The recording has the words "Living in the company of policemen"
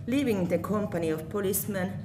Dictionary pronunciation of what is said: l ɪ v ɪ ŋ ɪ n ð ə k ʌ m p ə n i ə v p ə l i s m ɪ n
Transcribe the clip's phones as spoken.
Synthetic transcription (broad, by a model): l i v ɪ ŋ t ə k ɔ m p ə n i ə f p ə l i s m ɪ n